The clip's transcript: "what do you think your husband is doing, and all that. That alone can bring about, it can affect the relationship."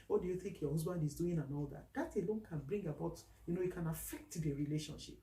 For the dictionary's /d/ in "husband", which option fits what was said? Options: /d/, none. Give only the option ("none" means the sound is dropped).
/d/